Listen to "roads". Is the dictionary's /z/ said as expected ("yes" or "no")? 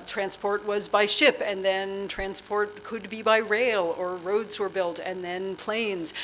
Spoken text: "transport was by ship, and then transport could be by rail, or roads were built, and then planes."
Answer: yes